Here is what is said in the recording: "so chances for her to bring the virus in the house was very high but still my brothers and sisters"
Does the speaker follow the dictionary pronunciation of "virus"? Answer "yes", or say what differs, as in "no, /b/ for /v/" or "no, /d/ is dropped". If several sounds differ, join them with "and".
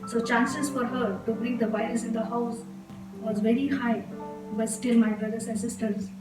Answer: no, /ɹ/ is dropped